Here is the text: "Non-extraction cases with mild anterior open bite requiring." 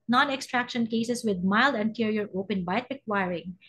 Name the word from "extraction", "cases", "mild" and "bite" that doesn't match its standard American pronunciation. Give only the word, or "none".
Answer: cases